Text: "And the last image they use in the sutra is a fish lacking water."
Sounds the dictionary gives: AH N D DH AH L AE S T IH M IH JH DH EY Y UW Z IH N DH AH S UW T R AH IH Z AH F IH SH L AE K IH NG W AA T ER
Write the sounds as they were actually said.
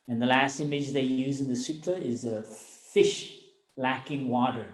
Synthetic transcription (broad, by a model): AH N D DH AH L AE S T IH M IH JH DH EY Y UW Z IH N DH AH S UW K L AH IH Z AH F IH SH L AE K IH NG W AA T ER